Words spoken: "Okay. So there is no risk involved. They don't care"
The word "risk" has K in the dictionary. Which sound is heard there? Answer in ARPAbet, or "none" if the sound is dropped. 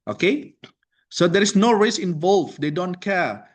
none